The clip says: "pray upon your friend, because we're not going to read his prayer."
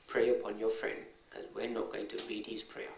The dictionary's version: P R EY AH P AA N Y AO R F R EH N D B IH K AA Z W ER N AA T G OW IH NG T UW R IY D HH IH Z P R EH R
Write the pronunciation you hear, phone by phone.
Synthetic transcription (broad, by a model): P R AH AH P AA N Y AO F R EH N D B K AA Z W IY N AA T G OW IH NG T UW R IY D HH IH S P R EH